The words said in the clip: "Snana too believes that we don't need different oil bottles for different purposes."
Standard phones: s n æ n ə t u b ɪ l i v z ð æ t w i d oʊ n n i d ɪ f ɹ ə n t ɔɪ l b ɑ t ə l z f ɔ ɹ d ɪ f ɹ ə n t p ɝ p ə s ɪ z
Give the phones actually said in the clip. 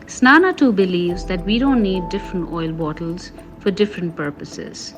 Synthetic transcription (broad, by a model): s n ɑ n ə t u b ɪ l i v z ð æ t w i d oʊ n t i d ɪ f ɹ ə n t ɔɪ l b ɑ t ə l z f ɔ ɹ d ɪ f ɹ ə n t p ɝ p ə s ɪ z